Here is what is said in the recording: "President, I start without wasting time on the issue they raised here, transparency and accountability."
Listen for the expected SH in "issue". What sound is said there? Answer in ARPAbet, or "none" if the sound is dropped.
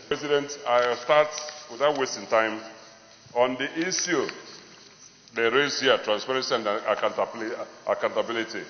S